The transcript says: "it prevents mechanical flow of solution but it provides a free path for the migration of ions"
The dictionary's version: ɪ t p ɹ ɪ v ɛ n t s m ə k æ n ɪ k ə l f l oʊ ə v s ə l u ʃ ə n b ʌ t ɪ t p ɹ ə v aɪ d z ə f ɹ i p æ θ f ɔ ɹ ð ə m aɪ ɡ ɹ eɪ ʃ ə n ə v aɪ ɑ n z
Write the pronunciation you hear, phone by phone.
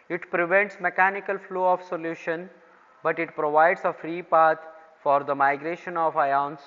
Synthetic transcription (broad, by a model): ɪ t p ɹ ɪ v ɛ n t s m ə k æ n ɪ k ə l f l oʊ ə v s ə l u ʃ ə n b ʌ t ɪ t p ɹ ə v aɪ d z ə f ɹ i p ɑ t f ɔ ɹ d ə m aɪ ɡ ɹ eɪ ʃ ə n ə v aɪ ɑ n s